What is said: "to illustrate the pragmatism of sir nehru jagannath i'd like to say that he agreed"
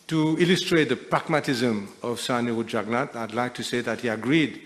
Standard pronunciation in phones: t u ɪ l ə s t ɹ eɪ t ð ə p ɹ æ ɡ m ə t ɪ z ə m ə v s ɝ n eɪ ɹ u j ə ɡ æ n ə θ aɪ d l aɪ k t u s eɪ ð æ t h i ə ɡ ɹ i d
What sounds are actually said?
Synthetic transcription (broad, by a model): t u ɪ l ə s t ɹ eɪ t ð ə p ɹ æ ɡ m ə t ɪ z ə m ə v s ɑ n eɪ u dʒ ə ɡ n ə t aɪ d l aɪ k t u s eɪ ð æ t h i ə ɡ ɹ i d